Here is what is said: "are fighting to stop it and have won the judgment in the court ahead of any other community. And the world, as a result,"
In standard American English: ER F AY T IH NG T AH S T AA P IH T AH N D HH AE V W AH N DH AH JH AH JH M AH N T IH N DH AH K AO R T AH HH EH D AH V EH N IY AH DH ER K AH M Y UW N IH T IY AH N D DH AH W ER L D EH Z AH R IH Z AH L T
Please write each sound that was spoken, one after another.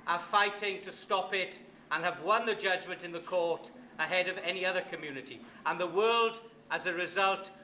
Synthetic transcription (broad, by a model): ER F AY T IH NG T AH S T AA P IH T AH N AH V W AH N DH AH JH AH JH M AH N T IH N DH AH K AO R T AH HH EH D AH V EH N IY AH DH ER K AH M Y UW N IH T IY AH N DH AH W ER L D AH Z AH R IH Z AH L T